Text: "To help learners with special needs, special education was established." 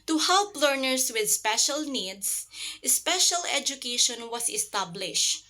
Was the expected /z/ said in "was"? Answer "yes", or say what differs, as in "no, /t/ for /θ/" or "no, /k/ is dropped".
no, /s/ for /z/